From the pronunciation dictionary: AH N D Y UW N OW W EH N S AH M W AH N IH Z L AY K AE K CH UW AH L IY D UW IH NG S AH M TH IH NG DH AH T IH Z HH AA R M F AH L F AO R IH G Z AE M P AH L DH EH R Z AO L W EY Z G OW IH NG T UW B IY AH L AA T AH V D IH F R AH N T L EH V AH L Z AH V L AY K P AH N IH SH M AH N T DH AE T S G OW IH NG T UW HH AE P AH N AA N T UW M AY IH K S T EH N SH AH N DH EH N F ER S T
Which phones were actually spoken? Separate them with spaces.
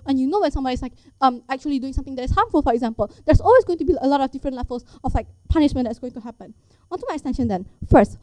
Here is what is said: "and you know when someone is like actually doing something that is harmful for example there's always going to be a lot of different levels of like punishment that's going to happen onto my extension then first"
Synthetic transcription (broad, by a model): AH N Y UW N OW W EH N S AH M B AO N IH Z L AY K AE K CH UW AH L IY D UW IH NG S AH M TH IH NG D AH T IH S HH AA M F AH L F AO R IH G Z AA M P AH L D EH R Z AO L W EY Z G OW IH NG T UW B IY AH L AA T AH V D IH F R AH N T L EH F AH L S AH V L AY K P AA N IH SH M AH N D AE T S G OW IH NG T UW HH AE P AH N AA N T UW M AY IH K S T EH N SH AH N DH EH N F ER S T